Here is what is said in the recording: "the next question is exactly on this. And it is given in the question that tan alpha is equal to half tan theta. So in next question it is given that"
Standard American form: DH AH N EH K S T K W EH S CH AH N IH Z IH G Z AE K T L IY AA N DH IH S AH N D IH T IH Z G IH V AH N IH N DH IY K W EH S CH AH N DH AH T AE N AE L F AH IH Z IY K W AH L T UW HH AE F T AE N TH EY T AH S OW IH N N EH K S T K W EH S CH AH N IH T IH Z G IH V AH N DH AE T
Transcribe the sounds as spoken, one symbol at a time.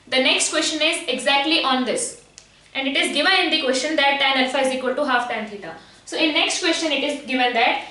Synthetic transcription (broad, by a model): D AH N EH K S T K W EH S CH AH N IH Z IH G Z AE K T L IY AA N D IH S AH N D IH T IH Z G IH V AH N IH N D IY K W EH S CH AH N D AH T AE N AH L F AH IH Z IY K W AH L T UW HH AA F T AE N T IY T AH S OW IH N N EH K S T K W EH S CH AH N IH T IH Z G IH V AH N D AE T